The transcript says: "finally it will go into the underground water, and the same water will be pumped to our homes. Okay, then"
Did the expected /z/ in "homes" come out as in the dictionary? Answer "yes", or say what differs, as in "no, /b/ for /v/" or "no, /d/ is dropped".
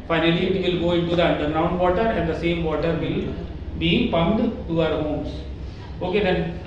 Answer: no, /s/ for /z/